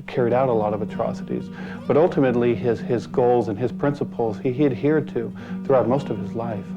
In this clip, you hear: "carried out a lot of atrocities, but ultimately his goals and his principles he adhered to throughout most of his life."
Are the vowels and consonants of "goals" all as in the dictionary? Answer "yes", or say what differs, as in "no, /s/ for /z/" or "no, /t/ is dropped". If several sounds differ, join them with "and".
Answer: yes